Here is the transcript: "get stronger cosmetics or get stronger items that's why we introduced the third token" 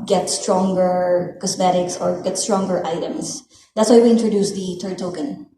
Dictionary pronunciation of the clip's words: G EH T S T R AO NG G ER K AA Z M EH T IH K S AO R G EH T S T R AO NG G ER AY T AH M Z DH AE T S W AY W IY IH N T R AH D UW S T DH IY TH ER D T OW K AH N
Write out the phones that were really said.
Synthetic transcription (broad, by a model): G EH T S T R AO NG G ER K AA S M EH T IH K S AO R G EH T S T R AO NG G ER AY T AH M S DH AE T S W AY W IY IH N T R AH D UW S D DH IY T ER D T OW K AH N